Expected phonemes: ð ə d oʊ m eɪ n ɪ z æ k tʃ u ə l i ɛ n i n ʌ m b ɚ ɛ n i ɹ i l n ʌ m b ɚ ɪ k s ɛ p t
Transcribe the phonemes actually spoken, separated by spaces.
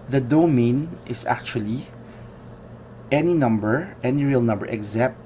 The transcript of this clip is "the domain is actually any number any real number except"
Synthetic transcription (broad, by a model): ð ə d oʊ m eɪ n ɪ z æ k tʃ u ə l i ɛ n i n ʌ m b ɚ ɛ n i ɹ i l n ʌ m b ɚ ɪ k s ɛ p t